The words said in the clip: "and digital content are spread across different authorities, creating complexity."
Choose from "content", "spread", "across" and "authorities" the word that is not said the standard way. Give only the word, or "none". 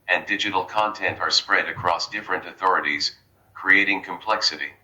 none